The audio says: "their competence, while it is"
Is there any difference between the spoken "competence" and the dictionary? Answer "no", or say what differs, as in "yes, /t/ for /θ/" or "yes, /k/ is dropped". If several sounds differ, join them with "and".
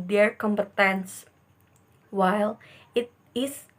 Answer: no